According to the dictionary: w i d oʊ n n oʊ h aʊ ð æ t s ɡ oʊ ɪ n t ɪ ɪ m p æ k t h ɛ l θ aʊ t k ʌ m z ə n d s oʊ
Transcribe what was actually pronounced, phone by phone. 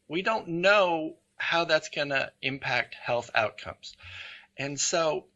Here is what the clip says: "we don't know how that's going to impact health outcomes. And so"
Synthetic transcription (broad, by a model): w i d oʊ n n oʊ h aʊ ð æ t s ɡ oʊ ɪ n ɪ ɪ m p æ k t h ɛ l θ aʊ t k ʌ m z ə n s oʊ